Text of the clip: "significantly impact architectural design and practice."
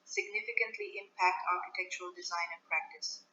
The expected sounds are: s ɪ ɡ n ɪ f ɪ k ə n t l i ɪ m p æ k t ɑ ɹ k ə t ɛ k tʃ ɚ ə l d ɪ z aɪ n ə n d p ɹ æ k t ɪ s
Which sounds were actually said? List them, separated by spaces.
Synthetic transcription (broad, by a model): s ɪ ɡ n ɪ f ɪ k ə n t l i ɪ m p æ k t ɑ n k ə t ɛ k tʃ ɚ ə l d ɪ z aɪ n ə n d p ɹ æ k t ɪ s